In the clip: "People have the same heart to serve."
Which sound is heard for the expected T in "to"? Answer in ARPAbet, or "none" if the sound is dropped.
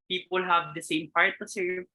T